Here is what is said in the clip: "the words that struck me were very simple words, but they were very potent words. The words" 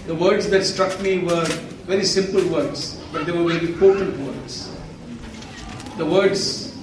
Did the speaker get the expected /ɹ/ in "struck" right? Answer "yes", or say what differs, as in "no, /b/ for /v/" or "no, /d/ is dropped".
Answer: yes